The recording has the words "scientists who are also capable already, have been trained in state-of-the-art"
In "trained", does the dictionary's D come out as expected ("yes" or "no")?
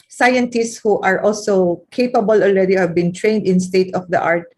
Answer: yes